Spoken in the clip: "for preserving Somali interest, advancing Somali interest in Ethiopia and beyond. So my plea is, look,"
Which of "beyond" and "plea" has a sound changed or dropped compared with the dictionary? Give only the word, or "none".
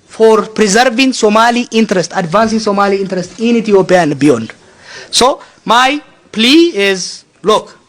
none